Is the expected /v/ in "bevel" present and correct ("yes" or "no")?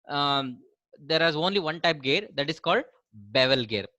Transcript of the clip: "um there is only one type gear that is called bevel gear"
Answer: yes